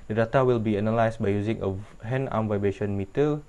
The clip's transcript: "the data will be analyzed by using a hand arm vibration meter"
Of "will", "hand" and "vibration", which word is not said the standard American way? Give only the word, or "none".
hand